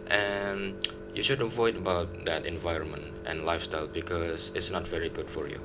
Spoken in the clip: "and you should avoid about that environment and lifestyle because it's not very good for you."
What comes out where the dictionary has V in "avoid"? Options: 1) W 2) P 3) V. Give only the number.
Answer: 3